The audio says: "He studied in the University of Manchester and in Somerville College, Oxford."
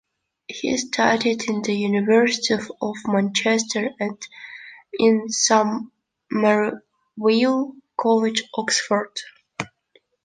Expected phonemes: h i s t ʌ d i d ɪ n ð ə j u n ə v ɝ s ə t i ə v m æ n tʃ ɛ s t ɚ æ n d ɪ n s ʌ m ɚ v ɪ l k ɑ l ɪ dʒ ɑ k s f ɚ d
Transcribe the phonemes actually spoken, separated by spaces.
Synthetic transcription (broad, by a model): h i s t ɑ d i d ɪ n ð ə j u n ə v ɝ s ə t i ə v m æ n tʃ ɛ s t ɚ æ n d ɪ n s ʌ m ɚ w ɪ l k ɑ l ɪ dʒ ɑ k s f ɚ d